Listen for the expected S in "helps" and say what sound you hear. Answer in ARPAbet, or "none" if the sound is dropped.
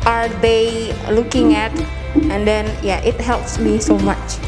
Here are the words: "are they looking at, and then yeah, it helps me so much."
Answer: S